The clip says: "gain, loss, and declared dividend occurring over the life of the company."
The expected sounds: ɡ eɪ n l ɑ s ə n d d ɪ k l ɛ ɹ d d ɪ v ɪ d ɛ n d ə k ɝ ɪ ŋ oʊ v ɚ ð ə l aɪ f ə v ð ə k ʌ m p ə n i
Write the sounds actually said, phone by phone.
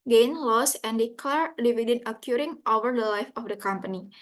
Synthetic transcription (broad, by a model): ɡ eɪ n l ɑ s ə n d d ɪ k l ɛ ɹ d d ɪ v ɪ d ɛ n ə k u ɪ ŋ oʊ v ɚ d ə l aɪ f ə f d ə k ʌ m p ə n i